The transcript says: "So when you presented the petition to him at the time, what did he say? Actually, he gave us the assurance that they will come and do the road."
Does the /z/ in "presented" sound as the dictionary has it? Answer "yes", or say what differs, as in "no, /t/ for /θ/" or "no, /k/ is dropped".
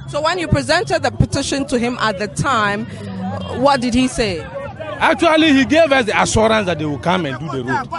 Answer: yes